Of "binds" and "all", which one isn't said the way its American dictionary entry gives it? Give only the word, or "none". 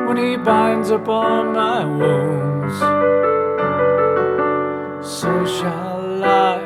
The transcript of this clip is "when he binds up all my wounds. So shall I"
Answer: all